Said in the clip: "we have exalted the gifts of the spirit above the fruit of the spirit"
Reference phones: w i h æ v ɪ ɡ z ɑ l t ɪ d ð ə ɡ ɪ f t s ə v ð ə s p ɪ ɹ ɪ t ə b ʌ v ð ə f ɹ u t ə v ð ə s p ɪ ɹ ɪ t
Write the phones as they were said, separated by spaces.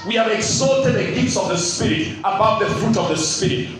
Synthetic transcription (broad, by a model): w i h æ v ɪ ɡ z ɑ t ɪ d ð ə ɡ ɪ f t s ə v ð ə s p ɪ ɹ ɪ t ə b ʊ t ð ə f ɹ u t ə v ð ə s p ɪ ɹ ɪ t